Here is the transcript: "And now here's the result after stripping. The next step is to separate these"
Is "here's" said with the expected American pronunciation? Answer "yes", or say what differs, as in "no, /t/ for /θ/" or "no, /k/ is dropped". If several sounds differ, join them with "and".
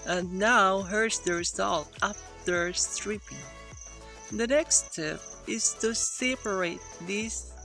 no, /s/ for /z/